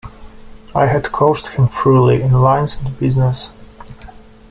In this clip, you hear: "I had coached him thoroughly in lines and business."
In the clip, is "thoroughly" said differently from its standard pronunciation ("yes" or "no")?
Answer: yes